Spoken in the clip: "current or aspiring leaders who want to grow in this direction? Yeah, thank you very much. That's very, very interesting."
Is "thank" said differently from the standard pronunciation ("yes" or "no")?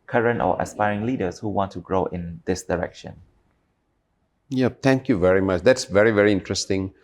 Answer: yes